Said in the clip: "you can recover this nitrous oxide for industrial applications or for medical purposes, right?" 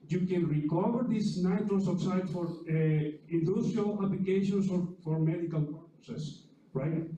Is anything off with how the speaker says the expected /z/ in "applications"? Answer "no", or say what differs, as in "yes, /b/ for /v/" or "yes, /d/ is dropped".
yes, /s/ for /z/